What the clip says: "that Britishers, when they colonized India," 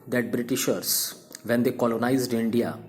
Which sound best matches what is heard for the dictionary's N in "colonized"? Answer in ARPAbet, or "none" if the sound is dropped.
N